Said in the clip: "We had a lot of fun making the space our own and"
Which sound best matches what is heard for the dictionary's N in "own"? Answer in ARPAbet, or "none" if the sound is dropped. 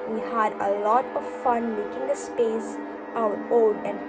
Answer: L